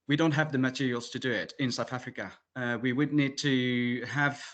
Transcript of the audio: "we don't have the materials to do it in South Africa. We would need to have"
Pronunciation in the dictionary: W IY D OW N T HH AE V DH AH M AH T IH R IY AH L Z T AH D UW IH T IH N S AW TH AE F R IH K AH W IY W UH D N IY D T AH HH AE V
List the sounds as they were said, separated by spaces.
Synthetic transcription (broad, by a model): W IY D OW N T HH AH V DH AH M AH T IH R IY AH L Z T AH D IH IH T IH N S AW TH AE F R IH K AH W IY W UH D N IY D T AH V